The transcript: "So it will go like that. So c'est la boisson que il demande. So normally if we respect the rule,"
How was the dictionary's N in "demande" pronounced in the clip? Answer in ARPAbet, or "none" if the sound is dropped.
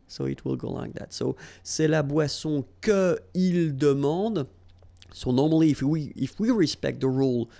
none